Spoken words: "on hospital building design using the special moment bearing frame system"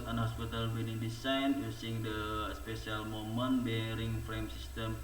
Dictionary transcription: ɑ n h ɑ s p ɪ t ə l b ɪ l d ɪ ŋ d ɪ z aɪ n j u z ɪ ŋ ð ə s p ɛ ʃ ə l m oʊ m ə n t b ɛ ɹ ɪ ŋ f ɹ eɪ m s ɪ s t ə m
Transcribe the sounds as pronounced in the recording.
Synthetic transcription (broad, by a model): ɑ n h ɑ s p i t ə l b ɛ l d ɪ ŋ d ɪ s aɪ n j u s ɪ ŋ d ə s p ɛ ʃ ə l m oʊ m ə n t b ɛ ɹ ɪ ŋ f ɹ eɪ m s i s t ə m